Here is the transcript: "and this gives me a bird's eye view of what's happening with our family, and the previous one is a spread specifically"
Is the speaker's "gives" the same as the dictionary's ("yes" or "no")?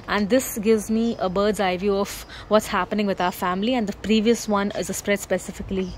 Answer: yes